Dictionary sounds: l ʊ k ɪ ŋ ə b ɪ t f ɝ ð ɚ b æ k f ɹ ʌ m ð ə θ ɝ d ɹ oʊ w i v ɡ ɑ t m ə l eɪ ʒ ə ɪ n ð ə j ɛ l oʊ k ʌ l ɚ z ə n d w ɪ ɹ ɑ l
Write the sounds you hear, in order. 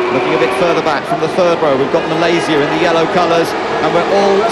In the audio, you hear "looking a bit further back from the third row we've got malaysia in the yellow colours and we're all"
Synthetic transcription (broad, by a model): l ʊ k ɪ ŋ ə b ɪ t f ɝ ð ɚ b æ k f ɹ ʌ m ð ə θ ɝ d ɹ oʊ w i v ɡ ɑ t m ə l eɪ z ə ɪ n ð ə j ɛ l oʊ k ʌ l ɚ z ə n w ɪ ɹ ɑ l